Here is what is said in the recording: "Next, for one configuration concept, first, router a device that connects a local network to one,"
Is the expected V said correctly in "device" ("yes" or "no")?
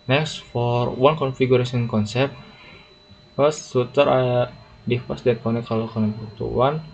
no